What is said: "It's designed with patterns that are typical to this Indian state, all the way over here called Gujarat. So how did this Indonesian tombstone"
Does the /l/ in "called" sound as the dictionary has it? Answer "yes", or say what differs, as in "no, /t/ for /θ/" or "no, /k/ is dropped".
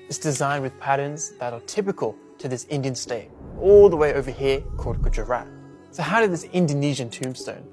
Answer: no, /l/ is dropped